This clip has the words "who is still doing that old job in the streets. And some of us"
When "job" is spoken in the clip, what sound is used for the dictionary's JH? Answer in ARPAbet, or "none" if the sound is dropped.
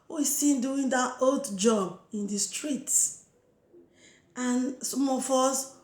JH